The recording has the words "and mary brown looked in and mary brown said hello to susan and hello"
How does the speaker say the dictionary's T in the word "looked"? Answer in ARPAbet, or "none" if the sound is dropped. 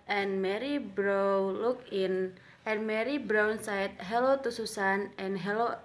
none